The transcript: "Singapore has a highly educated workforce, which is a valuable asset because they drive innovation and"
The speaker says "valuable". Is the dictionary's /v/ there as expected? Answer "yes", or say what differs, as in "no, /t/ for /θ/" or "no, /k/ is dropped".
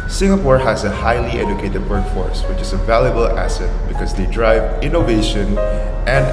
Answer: yes